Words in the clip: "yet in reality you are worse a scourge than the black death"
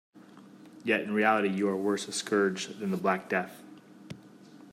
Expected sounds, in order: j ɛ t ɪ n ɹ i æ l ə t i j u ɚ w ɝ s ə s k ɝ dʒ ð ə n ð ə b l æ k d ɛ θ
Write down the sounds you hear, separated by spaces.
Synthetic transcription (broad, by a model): j ɛ t ɪ n ɹ i æ l ə t i j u ɚ w ɝ s ə s k ɝ dʒ ð ə n ð ə b l æ k d ɛ θ